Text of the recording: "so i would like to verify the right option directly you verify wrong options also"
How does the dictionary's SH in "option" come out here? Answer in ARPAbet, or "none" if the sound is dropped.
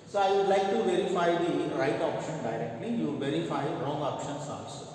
SH